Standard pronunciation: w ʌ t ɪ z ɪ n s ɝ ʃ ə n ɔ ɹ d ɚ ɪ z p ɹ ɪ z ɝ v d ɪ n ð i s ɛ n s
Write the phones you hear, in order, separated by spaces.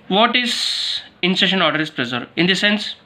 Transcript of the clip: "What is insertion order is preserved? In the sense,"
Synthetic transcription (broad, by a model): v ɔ t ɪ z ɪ n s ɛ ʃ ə n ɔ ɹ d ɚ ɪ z p ɹ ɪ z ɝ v ɪ n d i s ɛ n s